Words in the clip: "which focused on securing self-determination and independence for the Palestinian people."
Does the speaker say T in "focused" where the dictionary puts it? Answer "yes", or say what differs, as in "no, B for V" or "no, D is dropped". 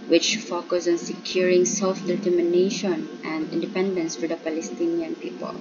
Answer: no, T is dropped